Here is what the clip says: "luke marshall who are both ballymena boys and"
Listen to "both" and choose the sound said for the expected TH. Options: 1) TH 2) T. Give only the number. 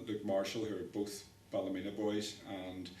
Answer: 1